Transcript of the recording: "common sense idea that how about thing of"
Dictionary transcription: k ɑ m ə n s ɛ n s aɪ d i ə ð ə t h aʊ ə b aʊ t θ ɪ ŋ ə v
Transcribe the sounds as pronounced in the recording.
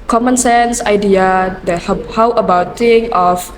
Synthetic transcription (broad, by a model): k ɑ m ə n s ɛ n s aɪ d i ə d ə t h aʊ ə b aʊ t t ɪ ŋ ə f